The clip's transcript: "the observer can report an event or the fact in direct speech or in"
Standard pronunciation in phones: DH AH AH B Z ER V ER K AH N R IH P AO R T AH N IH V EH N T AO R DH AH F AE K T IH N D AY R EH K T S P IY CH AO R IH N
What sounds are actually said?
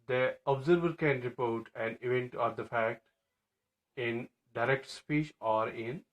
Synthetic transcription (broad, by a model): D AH AH B Z ER V ER K AH N R IH P AO R T AH N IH V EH N T AO R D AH F AE K T IH N D AY R EH K T S P IY CH AO R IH N